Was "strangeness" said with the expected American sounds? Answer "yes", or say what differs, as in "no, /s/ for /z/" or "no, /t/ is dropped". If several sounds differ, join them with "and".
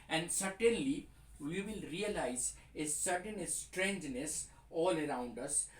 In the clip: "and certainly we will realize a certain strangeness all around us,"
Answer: yes